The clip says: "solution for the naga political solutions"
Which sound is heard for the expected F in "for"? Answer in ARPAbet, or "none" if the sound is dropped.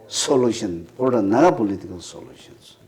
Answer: P